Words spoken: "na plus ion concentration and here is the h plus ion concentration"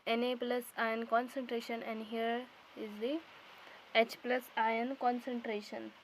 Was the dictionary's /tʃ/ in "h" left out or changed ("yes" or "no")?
no